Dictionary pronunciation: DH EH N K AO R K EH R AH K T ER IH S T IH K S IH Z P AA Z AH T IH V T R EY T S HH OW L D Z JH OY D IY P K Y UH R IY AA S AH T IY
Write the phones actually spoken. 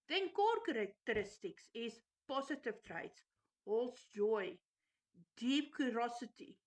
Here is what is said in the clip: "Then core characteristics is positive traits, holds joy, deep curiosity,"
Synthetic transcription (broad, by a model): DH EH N K AO R K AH R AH K T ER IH S T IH K S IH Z P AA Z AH T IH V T R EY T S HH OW L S JH OY D IY P K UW R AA S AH T IY